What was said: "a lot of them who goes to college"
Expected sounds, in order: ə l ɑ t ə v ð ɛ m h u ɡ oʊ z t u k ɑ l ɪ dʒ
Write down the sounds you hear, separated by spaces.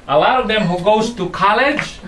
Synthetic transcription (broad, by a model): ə l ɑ ə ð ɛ m h u ɡ oʊ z t u k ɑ l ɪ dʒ